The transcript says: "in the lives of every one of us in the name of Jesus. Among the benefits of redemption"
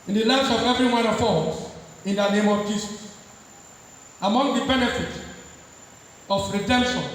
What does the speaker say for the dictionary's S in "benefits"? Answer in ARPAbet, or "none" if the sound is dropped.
none